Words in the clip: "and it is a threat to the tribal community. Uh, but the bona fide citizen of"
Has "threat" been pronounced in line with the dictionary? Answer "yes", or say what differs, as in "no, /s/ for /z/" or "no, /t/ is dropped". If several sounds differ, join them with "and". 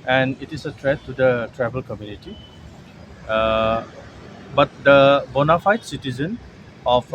no, /t/ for /θ/